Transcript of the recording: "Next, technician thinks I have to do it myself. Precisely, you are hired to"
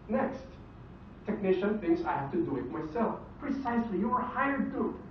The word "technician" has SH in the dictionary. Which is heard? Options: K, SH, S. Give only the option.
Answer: SH